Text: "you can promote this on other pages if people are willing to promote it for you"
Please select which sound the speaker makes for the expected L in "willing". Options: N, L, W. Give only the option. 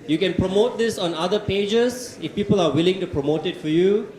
L